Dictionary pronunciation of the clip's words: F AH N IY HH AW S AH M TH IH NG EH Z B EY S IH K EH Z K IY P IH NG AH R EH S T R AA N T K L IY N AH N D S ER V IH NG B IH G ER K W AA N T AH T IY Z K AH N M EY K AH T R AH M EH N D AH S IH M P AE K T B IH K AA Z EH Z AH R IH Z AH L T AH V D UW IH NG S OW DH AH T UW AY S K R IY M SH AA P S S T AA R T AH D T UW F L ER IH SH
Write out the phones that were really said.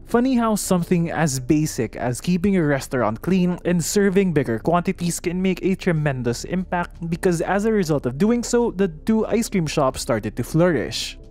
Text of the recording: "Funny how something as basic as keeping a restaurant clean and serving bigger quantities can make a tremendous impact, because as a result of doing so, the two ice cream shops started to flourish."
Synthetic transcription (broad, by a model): F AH N IY HH AW S AH M TH IH NG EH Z B EY S IH K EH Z K IY P IH NG AH R EH S T R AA N T K L IY N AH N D S ER V IH NG B IH G ER K W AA N T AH T IY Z K AH N M EY K AH T R AH M EH N D AH S IH M P AE K T B IH K AA Z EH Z AH R IH Z AH L T AH V D UW IH NG S OW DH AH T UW AY S K R IY M SH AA P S S T AA R T AH D T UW F L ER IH SH